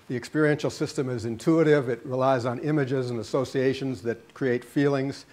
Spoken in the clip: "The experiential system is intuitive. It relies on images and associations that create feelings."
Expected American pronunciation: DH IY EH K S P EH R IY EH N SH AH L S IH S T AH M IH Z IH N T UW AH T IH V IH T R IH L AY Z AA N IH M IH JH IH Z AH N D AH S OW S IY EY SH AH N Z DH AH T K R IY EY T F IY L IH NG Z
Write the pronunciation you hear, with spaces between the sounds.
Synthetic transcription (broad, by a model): DH IY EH K S P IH R IY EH N SH L S IH S T AH M IH Z IH N T UW AH T IH V IH T R IH L AY Z N IH M IH JH IH Z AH N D AH S OW S IY EY SH AH N Z DH AH T K R IY EY T F IY L IH NG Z